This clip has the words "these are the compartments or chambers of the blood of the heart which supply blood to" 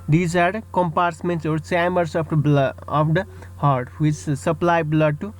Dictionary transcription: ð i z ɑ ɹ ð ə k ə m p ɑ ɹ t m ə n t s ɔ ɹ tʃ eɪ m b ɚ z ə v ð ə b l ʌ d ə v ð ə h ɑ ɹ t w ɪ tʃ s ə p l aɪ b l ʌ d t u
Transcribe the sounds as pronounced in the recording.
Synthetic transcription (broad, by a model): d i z ɑ ɹ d k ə m p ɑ ɹ s m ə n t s ɔ ɹ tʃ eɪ m ɚ s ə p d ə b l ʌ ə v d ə h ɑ ɹ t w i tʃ s ə p l aɪ b l ʌ d t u